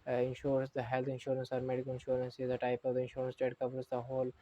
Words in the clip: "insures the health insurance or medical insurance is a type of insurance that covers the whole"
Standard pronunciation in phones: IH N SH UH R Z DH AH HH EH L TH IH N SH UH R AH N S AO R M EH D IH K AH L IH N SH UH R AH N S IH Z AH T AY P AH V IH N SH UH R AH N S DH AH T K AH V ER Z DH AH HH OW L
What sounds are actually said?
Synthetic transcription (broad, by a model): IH N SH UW R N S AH HH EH L T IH N SH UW R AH N S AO R M EH D IH K AH L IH N SH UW R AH N S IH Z AH T AY P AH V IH N SH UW R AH N S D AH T K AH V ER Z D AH HH OW L